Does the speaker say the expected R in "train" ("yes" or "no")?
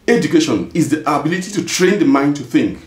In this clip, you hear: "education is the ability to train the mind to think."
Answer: yes